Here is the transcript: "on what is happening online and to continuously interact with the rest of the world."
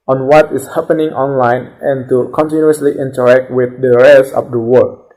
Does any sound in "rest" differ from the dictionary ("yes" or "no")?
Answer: yes